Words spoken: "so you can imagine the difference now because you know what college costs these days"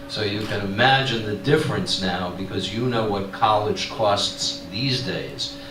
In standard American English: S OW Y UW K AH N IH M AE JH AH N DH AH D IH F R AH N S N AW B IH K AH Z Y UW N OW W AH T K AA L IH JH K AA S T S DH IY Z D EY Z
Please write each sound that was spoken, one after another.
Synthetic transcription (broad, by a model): S OW Y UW K AH N IH M AE JH AH N DH AH D IH F R AH N S N AW B IH K AH Z Y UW N OW W AH T K AA L IH JH K AA S T S DH IY Z D EY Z